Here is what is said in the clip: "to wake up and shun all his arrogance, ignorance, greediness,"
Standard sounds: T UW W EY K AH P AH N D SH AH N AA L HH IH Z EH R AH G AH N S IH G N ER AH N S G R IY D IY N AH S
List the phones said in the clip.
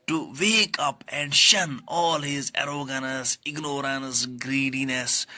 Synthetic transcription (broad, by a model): T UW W EY K AH P AH N D SH AH N AA L HH IH Z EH R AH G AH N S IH G N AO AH N S G R IY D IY N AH S